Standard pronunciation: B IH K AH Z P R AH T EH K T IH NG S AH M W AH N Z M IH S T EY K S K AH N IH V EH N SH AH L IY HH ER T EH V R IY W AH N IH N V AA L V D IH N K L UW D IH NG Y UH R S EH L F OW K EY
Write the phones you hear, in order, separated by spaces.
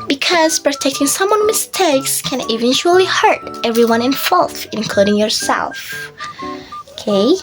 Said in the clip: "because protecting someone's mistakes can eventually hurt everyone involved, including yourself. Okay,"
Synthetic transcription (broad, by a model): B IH K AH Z P R AH T EH K T IH NG S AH M W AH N M IH S T EY K S K AH N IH V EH N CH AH L IY HH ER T EH V R IY W AH N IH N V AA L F IH N K L UW D IH NG Y UH R S EH L F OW K EY